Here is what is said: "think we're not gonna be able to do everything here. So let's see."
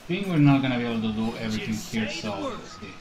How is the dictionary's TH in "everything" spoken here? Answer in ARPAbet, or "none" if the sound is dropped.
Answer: T